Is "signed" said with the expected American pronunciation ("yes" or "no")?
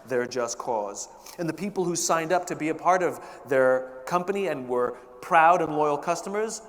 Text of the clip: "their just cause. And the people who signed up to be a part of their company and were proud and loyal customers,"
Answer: yes